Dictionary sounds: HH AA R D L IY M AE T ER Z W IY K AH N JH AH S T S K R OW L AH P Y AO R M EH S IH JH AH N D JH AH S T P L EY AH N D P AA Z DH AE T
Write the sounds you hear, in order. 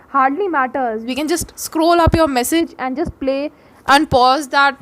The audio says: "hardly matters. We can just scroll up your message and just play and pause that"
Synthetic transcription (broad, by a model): HH AA R D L IY M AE T ER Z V IY K AH N JH AH S T S K R OW L AH P Y AO R M EH S IH JH AH N D JH AH S T P L EY AH N D P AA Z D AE T